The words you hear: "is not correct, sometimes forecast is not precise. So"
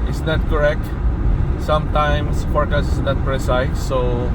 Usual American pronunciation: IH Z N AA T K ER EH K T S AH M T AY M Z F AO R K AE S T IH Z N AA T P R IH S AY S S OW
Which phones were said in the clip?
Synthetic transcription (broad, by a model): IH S N AA T K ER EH K T S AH M T AY M S F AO R K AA S IH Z N AA T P R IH S AY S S OW